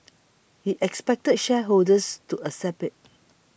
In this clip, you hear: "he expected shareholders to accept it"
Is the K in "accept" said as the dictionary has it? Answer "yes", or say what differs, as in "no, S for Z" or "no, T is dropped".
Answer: no, K is dropped